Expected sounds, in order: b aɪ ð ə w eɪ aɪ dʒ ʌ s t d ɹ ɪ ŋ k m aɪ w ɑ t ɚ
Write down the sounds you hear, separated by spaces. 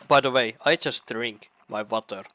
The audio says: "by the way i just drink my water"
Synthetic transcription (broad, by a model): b aɪ ð ə w eɪ aɪ dʒ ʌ s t d ɹ ɪ ŋ k m aɪ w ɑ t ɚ